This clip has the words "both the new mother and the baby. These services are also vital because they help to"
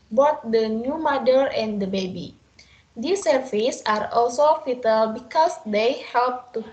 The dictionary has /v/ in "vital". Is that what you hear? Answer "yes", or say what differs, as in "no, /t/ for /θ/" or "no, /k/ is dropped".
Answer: no, /f/ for /v/